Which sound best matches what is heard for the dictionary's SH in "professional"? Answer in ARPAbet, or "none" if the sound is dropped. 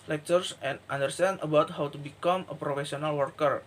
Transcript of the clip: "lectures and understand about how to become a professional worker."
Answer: S